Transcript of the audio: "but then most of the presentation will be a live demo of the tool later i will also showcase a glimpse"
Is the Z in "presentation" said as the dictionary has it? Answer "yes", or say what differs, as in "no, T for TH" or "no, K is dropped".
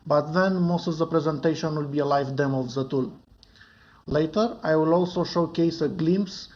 yes